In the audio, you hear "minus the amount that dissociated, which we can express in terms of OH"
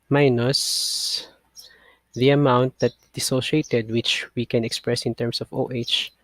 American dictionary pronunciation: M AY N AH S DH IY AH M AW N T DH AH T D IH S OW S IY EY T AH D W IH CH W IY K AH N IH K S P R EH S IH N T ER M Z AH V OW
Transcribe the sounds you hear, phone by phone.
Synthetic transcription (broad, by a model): M AY N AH S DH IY AH M AW N T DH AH T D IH S OW SH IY EY T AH D W IH CH W IY K AH N IH K S P R EH S IH N T ER M S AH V OW